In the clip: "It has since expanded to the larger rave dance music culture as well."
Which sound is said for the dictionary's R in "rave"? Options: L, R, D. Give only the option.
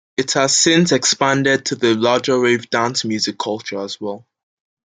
R